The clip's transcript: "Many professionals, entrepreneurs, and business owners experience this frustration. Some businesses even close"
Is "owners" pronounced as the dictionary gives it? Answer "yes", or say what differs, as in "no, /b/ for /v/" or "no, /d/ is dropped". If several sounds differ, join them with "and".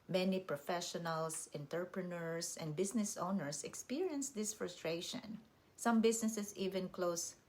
no, /s/ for /z/